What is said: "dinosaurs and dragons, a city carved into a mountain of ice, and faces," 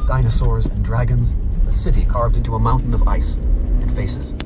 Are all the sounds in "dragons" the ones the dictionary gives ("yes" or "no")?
yes